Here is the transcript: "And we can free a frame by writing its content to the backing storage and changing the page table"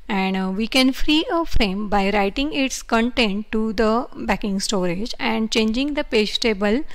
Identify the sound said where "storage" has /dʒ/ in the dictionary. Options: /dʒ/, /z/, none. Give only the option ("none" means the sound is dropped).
/dʒ/